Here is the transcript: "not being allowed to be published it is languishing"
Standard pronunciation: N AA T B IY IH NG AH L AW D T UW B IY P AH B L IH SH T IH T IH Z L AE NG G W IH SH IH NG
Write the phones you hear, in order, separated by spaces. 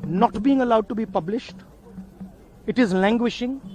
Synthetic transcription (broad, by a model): N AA T B IY IH NG AH L AW D T UW B IY P AH B L IH SH T IH T IH Z L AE NG G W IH SH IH NG